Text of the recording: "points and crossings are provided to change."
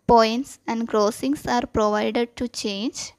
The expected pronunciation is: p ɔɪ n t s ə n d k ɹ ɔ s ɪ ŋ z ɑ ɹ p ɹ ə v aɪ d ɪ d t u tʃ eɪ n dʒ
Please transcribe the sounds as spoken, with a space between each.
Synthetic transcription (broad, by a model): p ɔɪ n t s ə n d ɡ ɹ ɔ s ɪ ŋ s ɑ ɹ p ɹ ə v aɪ d ɪ d t u tʃ eɪ n dʒ